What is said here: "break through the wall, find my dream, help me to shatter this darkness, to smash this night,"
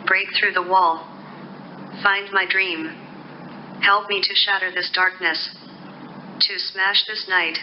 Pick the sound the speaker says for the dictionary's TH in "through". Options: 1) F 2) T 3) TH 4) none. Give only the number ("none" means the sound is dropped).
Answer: 3